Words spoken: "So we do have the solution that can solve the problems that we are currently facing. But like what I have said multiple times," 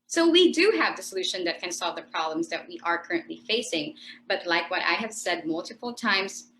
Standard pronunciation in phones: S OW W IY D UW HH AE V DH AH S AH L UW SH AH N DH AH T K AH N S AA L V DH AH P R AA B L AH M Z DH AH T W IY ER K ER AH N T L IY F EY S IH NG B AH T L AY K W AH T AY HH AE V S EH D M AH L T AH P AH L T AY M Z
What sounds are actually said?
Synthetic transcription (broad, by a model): S OW W IY D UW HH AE V DH AH S AH L UW SH AH N DH AH T K AH N S AA L V DH AH P R AA B L AH M Z DH AH T W IY ER K ER AH N T L IY F EY S IH NG B AH T L AY K W AH T AY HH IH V S EH D M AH L T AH P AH L T AY M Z